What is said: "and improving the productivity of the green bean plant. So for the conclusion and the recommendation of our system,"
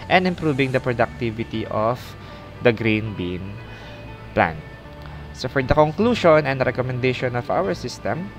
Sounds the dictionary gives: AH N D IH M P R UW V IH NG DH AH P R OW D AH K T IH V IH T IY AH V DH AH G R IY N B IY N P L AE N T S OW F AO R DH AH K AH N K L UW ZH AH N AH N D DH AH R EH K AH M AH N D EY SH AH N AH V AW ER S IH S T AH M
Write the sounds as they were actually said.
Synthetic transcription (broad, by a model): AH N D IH M P R UW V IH NG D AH P R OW D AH K T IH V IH T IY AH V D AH G R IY N B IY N P L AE N S OW F AO R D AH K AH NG K L UW SH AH N AH N D R EH K AH M AH N D EY SH AH N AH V AW ER S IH S T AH M